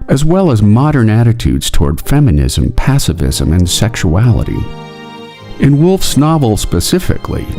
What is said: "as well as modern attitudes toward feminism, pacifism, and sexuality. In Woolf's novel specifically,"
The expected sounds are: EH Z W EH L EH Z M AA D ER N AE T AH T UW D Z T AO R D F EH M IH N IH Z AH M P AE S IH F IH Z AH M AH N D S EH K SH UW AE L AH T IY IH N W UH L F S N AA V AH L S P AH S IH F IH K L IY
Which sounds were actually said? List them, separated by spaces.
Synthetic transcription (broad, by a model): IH Z W EH L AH Z M AA D ER N AE T AH T UW D Z T AO R D F EH M IH N IH Z AH M P AE S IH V IH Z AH M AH N S EH K SH UW AE L AH T IY IH N W UH L F S N AA V L S P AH S IH F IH K L IY